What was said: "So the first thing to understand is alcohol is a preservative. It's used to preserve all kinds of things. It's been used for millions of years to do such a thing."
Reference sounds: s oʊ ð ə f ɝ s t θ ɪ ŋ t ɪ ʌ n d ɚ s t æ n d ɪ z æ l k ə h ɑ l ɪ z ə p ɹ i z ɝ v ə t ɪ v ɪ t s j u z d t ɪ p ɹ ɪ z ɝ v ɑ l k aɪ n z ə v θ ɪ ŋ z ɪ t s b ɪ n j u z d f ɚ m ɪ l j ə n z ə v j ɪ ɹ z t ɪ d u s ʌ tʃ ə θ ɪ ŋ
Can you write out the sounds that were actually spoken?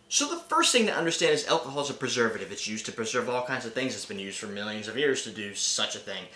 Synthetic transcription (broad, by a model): s oʊ ð ə f ɝ s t θ ɪ ŋ t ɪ ʌ n d ɚ s t æ n d ɪ z æ l k ə h ɑ l ɪ z ə p ɹ i z ɝ v ə t ɪ v ɪ t s j u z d t ɪ p ɹ ɪ z ɝ v ɑ l k aɪ n z ə v θ ɪ ŋ z ɪ t s b ɪ n j u z d f ɚ m ɪ l j ə n z ə v j ɪ ɹ z t ɪ d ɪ s ʌ tʃ ə θ ɪ ŋ